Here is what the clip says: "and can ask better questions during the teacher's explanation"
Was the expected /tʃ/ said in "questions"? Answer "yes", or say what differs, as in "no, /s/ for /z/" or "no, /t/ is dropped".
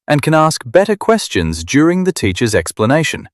yes